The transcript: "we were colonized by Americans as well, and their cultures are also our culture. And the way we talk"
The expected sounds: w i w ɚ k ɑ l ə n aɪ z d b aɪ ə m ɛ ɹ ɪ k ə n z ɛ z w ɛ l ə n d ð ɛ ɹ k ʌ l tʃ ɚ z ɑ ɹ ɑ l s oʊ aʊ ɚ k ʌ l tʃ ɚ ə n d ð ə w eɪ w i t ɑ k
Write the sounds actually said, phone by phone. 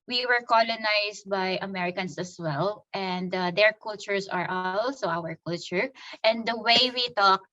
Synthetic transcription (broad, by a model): w i w ɚ k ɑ l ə n aɪ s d b aɪ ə m ɛ ɹ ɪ k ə n s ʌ s w ɛ l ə n d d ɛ ɹ k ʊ l tʃ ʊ s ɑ ɹ ɑ l s oʊ aʊ ɚ k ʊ l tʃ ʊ ə n d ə w eɪ w i t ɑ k